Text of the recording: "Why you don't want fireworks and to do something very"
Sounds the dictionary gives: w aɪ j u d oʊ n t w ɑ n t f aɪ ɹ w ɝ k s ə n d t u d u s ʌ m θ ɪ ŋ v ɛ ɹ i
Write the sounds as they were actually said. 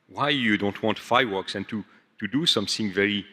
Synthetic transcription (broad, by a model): w aɪ j u d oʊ n t w ɑ n t f aɪ w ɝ k s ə n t t u d u s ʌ m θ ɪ ŋ v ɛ ɹ i